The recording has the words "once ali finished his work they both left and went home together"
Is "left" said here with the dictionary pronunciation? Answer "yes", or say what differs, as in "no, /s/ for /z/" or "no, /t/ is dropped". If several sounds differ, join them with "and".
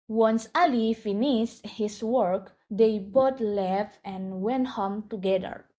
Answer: no, /t/ is dropped